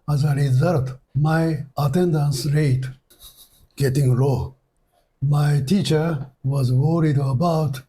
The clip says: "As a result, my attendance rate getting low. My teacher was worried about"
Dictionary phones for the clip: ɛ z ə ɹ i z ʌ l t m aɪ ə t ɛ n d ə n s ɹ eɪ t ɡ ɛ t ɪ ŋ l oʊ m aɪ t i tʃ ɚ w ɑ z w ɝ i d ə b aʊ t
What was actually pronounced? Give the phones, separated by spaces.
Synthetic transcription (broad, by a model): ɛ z ə ɹ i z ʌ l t m aɪ ə t ɛ n d ə n s ɹ eɪ t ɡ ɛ t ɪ ŋ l oʊ m aɪ t i tʃ ɚ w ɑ z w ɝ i d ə b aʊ t